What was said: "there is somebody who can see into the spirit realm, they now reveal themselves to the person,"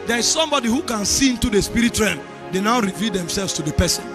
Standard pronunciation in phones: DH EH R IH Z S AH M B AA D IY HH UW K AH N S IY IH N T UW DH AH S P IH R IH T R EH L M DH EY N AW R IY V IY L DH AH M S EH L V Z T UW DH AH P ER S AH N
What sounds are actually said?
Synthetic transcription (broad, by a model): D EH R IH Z S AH M B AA D IY HH UW K AH N S IY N T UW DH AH S P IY R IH T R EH M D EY N AW R IY V IY L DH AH M S EH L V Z T UW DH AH P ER S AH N